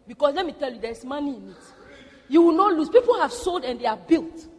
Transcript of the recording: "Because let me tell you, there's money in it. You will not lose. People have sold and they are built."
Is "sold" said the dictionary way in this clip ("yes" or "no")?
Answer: yes